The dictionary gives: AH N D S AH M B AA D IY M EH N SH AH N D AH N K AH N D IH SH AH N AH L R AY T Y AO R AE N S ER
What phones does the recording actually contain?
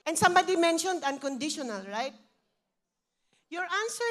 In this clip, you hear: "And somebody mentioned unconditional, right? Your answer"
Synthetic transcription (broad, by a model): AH N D S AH M B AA D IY M EH N SH AH N D AH N K AH N D IH SH AH N AH L R AY T Y AO R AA N S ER